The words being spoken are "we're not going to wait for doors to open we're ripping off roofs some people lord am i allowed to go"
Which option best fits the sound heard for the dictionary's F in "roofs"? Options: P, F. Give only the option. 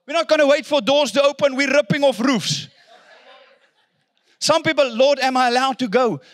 F